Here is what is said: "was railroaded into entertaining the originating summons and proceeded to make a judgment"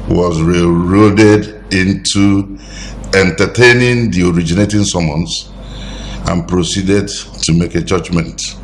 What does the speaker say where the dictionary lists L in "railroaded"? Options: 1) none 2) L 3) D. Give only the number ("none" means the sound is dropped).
1